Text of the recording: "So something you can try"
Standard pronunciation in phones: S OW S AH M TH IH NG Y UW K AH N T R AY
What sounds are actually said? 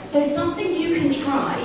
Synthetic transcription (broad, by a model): S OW S AH M TH IH NG Y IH K AH N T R AY